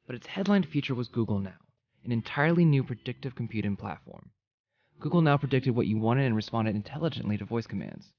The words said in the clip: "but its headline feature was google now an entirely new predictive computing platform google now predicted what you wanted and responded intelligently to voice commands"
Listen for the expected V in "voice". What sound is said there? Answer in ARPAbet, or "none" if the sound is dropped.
V